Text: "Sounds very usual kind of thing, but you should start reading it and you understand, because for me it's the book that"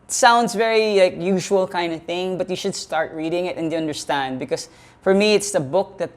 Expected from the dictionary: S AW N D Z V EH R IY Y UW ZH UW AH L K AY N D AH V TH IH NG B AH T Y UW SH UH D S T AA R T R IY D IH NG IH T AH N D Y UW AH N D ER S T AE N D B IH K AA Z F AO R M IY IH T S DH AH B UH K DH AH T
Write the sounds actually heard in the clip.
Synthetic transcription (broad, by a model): S AW N D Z V EH R IY Y UW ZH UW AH L K AY N D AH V TH IH NG B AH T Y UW SH UH D S T AA R T R IY D IH NG IH T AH N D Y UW AH N D ER S T AE N D B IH K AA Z F AO R M IY IH T S DH AH B UH K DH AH T